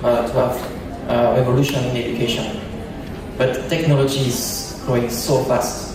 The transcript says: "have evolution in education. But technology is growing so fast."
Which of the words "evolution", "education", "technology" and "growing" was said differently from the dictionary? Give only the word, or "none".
growing